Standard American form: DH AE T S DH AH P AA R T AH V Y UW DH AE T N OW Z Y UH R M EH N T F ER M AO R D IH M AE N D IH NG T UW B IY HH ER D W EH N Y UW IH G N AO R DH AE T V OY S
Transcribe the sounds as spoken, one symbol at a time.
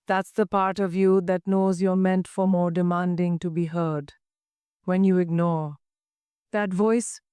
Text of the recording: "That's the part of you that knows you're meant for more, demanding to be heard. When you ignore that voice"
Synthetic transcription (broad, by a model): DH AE T S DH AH P AA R T AH V Y UW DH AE T N OW Z Y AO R M EH N T F ER M AO R D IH M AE N D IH NG T UW B IY HH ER D W EH N Y UW IH G N AO R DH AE T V OY S